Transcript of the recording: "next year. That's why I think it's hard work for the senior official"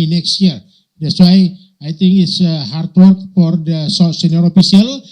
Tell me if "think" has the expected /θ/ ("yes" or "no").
no